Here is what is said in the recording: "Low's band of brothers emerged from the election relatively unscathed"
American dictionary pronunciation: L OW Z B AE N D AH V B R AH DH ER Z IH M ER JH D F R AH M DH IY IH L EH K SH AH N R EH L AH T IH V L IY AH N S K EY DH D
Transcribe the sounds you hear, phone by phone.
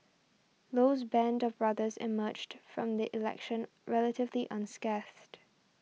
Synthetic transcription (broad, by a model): L OW Z B AE N D AH V B R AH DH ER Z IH M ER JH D F R AH M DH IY IH L EH K SH AH N R EH L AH T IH V L IY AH N S K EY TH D